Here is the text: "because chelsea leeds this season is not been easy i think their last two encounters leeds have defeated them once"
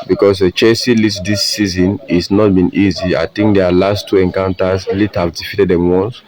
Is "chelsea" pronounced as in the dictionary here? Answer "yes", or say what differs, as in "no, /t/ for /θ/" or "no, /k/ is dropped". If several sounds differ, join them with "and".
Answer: no, /l/ is dropped